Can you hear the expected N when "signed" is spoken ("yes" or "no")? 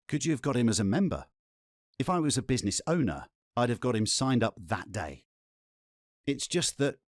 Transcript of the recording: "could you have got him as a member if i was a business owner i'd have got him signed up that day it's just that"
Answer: yes